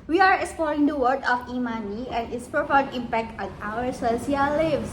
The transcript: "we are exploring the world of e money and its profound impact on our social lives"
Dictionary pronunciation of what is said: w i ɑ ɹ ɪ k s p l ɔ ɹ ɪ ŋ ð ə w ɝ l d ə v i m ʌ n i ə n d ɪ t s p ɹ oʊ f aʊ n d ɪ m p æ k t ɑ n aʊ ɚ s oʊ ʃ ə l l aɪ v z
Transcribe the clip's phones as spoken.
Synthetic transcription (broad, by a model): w i ɑ ɹ ɪ k s p l ɔ ɹ ɪ ŋ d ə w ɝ d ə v i m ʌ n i ə n d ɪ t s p ɹ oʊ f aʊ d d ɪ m p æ k t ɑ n aʊ ɚ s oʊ s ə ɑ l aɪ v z